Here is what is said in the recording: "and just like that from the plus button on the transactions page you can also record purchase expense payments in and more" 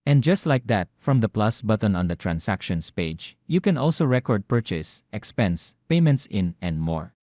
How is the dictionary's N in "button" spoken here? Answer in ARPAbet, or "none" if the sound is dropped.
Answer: N